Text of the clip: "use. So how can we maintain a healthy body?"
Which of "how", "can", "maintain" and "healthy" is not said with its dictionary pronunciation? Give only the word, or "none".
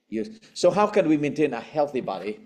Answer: none